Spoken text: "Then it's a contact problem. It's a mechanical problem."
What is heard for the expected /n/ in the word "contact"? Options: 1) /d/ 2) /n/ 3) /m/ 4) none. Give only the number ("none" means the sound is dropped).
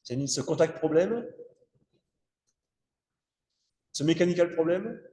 4